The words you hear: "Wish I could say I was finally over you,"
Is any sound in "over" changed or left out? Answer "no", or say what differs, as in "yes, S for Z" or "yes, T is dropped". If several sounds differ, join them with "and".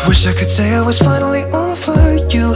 yes, F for V